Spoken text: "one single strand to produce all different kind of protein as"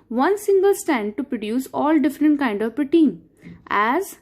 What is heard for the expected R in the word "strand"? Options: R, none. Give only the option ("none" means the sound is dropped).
none